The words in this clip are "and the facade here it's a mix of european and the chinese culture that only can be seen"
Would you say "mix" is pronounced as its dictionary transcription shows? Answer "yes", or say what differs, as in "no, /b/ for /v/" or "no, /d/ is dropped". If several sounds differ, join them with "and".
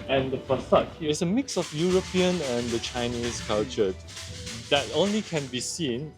yes